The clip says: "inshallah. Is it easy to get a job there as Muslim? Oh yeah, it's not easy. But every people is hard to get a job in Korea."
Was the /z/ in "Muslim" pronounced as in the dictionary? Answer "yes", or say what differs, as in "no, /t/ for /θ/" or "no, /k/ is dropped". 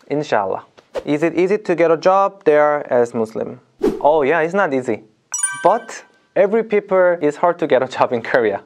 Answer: no, /s/ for /z/